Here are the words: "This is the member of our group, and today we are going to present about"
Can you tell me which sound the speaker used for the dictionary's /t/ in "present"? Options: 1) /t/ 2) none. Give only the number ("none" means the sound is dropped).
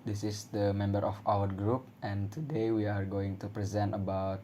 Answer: 1